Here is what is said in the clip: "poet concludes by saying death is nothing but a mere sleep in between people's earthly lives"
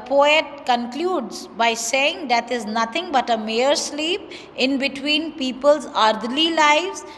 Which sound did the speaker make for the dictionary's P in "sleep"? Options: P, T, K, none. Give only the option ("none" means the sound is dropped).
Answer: P